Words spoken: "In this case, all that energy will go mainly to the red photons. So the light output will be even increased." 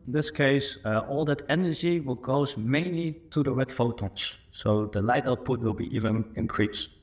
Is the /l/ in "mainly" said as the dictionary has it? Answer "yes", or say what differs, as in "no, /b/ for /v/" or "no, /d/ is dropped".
yes